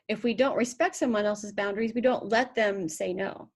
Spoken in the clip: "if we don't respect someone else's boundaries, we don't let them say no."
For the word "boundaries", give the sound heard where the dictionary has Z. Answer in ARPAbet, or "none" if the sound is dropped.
Z